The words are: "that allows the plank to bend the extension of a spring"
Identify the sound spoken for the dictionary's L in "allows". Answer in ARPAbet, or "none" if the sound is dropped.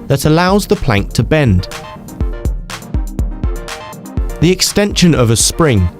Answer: L